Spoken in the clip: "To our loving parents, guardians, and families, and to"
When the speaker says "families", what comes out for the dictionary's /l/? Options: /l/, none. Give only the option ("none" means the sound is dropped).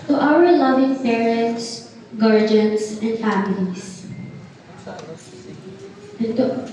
none